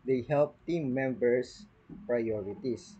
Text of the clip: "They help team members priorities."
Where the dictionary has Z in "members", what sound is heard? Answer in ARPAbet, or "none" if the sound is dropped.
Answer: S